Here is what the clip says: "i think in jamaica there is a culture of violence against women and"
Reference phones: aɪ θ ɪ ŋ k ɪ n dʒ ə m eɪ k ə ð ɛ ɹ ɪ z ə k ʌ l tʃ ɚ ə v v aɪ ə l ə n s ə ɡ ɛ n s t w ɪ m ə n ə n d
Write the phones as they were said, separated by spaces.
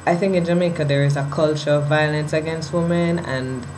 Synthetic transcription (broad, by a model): aɪ θ ɪ ŋ k ɪ n dʒ ə m eɪ k ə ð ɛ ɹ ɪ z ə k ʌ l tʃ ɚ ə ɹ v aɪ ə l ə n s ə ɡ ɛ n s t w ɪ m ə n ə n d